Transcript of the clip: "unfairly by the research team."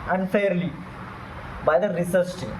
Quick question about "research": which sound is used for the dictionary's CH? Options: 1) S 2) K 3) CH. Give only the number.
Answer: 1